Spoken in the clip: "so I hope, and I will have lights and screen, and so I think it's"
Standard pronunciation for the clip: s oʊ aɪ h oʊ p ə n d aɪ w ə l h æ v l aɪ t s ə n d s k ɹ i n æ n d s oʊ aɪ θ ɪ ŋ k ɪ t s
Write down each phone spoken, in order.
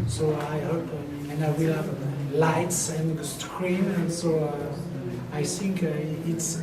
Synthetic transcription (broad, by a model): s oʊ aɪ h oʊ p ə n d aɪ w ə l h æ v l aɪ t s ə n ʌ s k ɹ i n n s oʊ aɪ θ ɪ ŋ k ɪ t s